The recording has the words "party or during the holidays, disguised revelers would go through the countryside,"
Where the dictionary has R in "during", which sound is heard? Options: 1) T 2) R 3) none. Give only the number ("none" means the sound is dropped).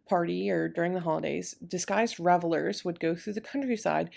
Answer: 2